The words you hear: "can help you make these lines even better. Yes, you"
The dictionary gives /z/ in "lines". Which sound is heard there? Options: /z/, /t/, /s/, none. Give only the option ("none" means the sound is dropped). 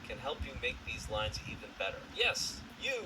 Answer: /z/